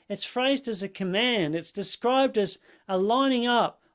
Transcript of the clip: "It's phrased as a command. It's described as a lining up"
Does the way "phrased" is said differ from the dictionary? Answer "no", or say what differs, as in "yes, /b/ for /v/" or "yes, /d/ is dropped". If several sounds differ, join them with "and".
no